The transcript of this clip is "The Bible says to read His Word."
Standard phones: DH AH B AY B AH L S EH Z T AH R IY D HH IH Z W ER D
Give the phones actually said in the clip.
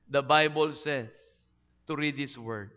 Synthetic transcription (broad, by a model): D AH B AY B AH L S EH S T AH R IY D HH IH S W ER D